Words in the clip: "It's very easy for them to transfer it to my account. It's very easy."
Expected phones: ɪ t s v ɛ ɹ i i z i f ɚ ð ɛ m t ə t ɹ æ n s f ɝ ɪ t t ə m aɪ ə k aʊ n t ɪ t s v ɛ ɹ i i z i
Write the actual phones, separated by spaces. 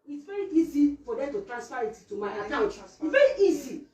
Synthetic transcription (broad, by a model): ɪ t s v ɛ ɹ i i z i f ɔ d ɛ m t ə t ɹ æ n s p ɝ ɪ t t ə m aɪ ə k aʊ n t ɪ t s v ɛ ɹ i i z i